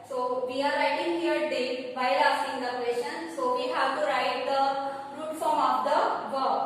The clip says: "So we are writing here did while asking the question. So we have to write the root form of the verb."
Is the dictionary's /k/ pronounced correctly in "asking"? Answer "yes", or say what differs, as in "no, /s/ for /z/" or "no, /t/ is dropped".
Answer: no, /k/ is dropped